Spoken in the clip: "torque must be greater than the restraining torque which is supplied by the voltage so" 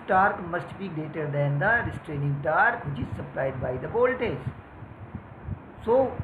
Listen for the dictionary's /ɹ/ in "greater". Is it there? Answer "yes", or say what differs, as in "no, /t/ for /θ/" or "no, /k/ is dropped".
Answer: no, /ɹ/ is dropped